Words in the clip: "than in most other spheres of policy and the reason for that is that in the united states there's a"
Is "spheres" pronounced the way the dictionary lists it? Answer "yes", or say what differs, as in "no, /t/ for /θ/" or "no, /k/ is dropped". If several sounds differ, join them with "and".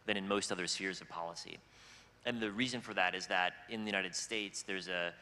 yes